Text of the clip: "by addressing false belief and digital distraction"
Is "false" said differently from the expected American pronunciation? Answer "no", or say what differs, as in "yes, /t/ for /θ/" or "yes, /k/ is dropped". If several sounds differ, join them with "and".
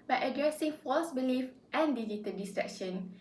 no